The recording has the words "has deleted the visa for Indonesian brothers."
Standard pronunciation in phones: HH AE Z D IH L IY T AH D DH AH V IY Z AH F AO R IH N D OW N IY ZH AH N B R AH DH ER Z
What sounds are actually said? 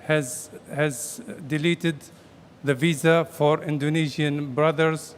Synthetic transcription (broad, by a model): HH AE Z D IH L IY T AH D DH AH V IY Z AH F AO R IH N D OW N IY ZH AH N B R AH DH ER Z